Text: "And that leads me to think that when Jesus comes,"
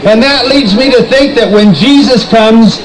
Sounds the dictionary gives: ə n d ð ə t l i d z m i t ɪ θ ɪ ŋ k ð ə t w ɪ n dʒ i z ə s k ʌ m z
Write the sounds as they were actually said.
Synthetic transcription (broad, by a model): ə n ð ə t l i d z m i t ɪ θ ɪ ŋ k ð ə t w ɪ n dʒ i z ə s k ʌ m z